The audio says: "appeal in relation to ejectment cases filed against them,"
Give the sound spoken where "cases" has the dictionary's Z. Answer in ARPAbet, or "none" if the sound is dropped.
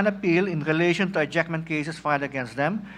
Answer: S